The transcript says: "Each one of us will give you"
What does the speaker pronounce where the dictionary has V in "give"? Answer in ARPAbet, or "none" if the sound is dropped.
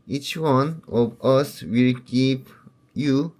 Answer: P